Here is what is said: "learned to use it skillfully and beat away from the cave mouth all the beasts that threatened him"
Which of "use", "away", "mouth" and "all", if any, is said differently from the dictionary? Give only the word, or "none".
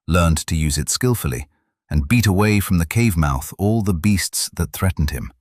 none